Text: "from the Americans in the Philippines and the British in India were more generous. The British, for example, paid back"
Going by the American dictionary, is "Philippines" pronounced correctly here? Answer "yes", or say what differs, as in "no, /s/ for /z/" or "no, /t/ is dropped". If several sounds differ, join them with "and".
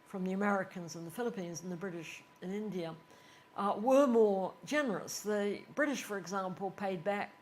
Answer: yes